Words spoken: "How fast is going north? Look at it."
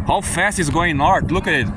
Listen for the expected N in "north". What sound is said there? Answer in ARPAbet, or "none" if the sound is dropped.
L